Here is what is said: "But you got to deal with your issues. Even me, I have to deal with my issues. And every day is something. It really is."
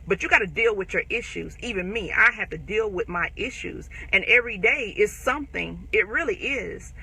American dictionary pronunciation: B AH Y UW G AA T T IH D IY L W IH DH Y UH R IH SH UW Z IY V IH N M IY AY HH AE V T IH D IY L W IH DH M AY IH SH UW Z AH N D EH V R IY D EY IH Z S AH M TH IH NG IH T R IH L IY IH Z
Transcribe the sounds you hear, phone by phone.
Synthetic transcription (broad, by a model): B AH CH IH G AA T T IH D IY L W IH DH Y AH R IH SH UW Z IY V IH N M IY AY HH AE F T IH D IY L W IH DH M AY IH SH UW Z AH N EH V R IY D EY IH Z S AH M TH IH NG IH T R IH L IY IH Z